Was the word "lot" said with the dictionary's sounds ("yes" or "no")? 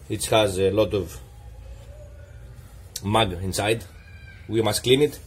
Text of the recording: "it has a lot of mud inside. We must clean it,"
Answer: yes